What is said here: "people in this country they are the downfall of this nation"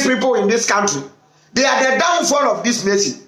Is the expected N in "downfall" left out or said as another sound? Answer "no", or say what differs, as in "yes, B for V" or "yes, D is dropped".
no